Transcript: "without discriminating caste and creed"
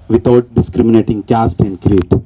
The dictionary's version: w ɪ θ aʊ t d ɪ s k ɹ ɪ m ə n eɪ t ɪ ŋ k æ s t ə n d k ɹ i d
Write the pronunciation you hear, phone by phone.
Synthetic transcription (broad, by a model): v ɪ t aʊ t d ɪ s k ɹ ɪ m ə n eɪ t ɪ ŋ k æ s t ə n d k ɹ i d